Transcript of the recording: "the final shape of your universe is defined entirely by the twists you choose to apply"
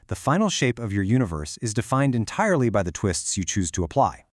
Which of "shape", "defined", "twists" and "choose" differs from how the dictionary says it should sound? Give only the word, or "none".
none